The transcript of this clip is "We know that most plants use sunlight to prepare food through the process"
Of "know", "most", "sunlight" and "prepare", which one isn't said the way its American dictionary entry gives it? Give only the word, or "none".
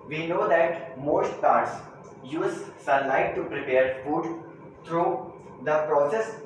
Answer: sunlight